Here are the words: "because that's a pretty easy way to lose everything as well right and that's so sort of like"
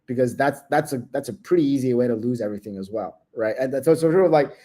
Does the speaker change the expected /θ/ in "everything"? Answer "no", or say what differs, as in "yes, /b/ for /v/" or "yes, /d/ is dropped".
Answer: no